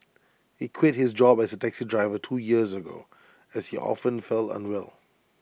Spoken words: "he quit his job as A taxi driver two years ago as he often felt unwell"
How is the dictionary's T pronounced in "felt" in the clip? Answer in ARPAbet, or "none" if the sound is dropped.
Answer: none